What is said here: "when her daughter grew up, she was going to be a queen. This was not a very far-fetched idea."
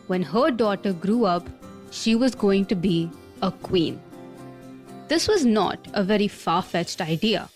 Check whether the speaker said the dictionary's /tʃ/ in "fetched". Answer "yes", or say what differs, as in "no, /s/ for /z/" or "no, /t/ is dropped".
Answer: yes